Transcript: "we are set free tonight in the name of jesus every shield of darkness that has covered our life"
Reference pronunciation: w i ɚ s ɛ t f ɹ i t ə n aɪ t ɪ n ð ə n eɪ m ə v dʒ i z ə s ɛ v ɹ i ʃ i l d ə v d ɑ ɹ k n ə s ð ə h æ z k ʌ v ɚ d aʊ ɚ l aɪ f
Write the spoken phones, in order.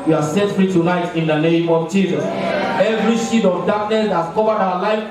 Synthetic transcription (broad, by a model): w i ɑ s ɛ t f ɹ i t ə n aɪ t ɪ n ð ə n eɪ m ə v dʒ i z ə s ɛ v ɹ i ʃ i d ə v d ɑ k n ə s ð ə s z k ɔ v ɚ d aʊ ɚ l aɪ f